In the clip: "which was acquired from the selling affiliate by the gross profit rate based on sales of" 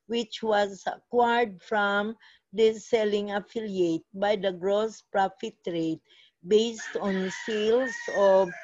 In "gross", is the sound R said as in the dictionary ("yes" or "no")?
yes